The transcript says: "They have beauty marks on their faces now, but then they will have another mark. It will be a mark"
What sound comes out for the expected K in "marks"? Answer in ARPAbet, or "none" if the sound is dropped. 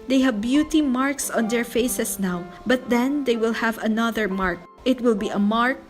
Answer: K